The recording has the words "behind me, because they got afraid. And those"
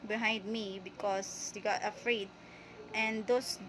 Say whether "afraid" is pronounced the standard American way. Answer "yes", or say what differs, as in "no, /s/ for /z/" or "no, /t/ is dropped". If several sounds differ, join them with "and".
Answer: yes